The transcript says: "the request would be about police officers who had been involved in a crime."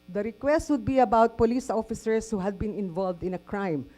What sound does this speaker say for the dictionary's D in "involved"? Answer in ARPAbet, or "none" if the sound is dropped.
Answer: D